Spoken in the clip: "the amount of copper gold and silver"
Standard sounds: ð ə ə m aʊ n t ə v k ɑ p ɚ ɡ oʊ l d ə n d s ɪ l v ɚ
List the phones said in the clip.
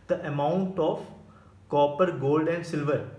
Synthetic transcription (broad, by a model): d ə ə m aʊ n t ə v k ɑ p ɚ ɡ oʊ l d ə n d s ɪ l v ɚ